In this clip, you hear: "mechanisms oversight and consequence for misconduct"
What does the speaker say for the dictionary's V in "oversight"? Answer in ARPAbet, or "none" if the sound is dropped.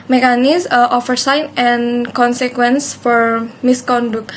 F